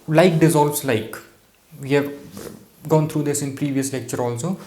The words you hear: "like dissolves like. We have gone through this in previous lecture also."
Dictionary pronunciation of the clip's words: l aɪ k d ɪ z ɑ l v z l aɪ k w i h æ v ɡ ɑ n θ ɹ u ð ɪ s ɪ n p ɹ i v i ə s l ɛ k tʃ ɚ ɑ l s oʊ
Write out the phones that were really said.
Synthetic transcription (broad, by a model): l aɪ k d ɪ z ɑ l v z l aɪ k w i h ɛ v ɡ ɑ n t ɹ u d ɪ s ɪ n p ɹ i v i ə s l ɛ k tʃ ɚ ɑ l s oʊ